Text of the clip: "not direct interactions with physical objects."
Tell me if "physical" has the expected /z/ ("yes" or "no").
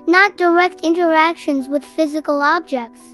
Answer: yes